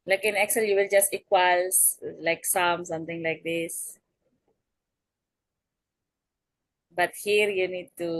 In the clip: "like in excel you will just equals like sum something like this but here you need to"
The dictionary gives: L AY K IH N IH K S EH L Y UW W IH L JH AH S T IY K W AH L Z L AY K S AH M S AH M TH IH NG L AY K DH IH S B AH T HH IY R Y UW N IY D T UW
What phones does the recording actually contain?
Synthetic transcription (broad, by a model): L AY K IH N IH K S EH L Y UW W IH L JH AH S T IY K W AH L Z L AY K S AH M S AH M T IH NG L AY K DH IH S B AH T HH IY R Y UW N IY D T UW